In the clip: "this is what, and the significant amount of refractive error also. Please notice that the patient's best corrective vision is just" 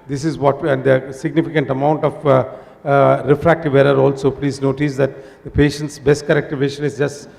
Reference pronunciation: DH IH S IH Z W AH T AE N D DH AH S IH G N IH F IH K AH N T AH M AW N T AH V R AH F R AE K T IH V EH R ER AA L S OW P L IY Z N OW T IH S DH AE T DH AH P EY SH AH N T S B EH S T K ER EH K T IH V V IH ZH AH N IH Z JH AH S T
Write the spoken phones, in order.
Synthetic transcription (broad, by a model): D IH S IH Z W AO T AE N D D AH S IH G N IH F IH K AH N T AH M AW N T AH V R AH F R AE K T IH V EH R ER AA L S OW P L IY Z N OW T IH S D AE T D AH P EY SH AH N T S B EH S T K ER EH K T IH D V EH SH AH N IH Z JH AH S T